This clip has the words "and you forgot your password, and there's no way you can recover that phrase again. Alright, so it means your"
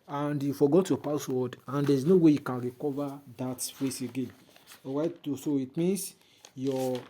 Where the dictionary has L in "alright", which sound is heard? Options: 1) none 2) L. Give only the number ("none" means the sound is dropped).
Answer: 1